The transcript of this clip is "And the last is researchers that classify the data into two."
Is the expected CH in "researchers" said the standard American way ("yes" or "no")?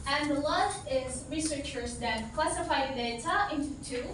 yes